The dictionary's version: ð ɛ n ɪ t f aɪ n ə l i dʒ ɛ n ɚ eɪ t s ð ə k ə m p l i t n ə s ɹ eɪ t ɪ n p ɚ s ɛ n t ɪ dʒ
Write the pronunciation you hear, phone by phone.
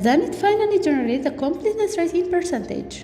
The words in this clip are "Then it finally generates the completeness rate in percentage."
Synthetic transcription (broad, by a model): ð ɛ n ɪ t f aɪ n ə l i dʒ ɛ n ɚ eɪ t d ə k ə m p l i s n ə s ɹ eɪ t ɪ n p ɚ s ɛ n t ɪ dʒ